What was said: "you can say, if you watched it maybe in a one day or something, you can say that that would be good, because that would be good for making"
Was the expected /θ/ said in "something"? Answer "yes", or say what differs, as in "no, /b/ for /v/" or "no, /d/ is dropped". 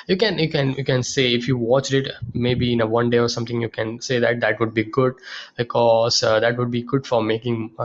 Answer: no, /t/ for /θ/